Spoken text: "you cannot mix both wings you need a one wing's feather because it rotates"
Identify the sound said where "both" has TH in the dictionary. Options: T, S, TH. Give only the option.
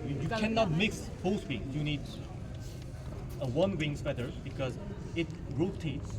S